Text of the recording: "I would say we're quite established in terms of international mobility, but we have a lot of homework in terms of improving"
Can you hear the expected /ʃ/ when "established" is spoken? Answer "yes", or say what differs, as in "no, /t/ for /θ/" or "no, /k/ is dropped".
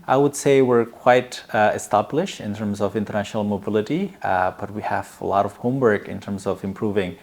yes